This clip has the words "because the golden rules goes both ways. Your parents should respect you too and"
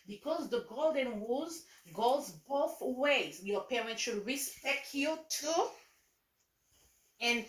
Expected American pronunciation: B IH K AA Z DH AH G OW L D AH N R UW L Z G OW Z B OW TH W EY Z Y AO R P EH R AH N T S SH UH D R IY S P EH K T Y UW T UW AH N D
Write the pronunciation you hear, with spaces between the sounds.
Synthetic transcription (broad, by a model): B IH K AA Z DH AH G OW L D AH N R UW Z G OW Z B OW TH W EY Z Y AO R P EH R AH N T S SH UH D R IY S P EH K T Y UW T UW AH N